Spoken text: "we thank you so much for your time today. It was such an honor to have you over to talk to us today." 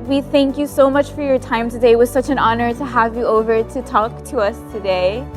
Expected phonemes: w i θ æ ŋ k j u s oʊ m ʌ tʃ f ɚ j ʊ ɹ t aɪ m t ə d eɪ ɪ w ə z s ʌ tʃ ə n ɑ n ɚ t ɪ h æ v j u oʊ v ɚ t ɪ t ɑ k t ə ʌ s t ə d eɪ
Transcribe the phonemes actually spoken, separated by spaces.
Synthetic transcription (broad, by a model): w i θ æ ŋ k j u s oʊ m ʌ tʃ f ɚ j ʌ ɹ t aɪ m t ə d eɪ ɪ w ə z s ʌ tʃ ə n ɑ n ɚ t ɪ h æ v j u oʊ v ɚ t ɪ t ɑ k t ə ʌ s t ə d eɪ